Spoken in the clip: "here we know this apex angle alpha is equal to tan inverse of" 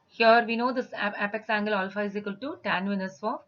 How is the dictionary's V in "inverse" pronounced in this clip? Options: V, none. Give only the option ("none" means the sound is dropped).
none